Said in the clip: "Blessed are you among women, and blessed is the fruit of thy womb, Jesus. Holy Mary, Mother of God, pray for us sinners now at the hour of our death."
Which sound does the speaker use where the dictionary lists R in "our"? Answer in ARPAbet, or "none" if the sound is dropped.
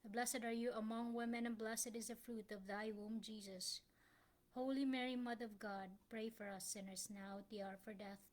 R